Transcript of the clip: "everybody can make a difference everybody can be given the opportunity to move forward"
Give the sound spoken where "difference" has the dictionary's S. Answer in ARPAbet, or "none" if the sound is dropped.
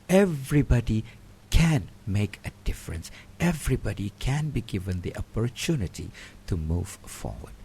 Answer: S